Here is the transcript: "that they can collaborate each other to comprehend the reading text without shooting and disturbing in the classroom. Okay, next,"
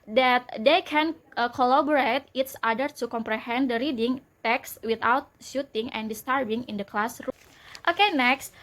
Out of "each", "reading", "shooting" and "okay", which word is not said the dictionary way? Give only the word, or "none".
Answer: each